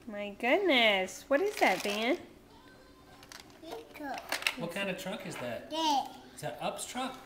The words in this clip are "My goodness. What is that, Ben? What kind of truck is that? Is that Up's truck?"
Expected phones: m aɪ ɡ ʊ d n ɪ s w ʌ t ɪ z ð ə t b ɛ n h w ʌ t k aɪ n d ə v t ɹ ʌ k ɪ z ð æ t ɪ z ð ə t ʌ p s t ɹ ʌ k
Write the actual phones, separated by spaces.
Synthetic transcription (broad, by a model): m aɪ ɡ ʊ d n ɪ s w ʌ t ɪ z ð ə t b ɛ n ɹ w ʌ t k aɪ n d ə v t ɹ ʌ k ɪ z ð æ t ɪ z ð ə t ʌ p s t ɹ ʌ k